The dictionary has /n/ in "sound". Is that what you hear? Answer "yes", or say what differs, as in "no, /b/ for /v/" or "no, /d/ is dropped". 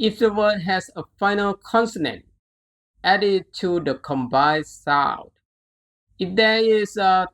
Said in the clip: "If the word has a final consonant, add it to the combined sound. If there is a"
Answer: no, /n/ is dropped